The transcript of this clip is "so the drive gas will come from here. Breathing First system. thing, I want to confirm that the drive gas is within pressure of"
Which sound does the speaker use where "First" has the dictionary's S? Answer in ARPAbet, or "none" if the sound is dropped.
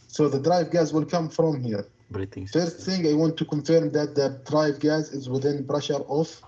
none